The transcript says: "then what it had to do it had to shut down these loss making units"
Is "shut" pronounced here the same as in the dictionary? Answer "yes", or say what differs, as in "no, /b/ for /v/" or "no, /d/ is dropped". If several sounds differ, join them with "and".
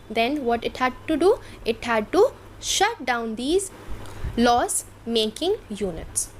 yes